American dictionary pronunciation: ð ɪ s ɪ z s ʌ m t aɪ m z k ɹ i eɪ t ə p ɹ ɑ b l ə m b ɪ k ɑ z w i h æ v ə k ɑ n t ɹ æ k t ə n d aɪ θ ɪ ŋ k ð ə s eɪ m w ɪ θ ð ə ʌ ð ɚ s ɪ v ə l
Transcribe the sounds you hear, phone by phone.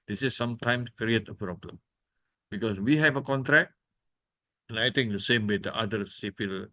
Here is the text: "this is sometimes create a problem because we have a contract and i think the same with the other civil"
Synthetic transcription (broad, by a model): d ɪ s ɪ s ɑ m t aɪ m s k ɹ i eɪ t ə p ɹ ɑ b l ə m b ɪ k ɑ s w i h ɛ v ə k ɑ n t ɹ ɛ k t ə n aɪ t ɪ ŋ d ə s eɪ m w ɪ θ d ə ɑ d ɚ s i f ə l